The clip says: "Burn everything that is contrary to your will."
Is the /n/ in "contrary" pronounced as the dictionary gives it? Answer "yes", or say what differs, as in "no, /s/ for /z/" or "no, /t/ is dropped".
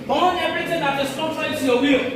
no, /n/ is dropped